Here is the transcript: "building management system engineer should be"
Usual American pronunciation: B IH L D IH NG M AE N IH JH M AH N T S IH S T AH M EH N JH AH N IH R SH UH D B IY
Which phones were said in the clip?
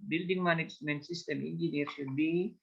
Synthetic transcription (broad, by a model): B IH L D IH NG M AE N IH JH M AH N T S IH S T AH M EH N JH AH N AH R SH UH D B IY